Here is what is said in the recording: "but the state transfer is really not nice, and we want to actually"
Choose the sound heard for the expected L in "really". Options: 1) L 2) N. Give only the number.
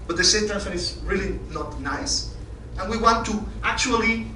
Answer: 1